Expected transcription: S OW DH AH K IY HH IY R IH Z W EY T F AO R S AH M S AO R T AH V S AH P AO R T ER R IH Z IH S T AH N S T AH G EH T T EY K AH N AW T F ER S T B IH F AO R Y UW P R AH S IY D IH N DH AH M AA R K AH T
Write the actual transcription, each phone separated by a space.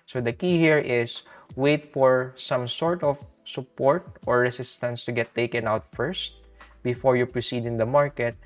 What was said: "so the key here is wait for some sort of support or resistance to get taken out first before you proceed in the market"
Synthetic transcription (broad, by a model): S OW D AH K IY HH IY R IH S W EY T F AO R S AH M S AO R T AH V S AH P AO R T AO R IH S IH S T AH N S T AH G EH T T EY K AH N AW T F ER S T B IH F AO R Y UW P R AH S IY D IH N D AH M AA R K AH T